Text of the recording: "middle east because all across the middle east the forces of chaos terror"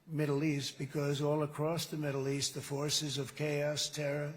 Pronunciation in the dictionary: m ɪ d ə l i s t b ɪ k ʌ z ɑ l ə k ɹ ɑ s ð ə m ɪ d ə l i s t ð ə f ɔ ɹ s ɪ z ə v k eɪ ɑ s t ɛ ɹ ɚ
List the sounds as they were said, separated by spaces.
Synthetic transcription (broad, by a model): m ɪ d l i s t b ɪ k ʌ z ɑ l ə k ɹ ɑ s ð ə m ɪ d l i s t ð ə f ɔ ɹ s ɪ z ə v k eɪ ɑ s t ɛ ɹ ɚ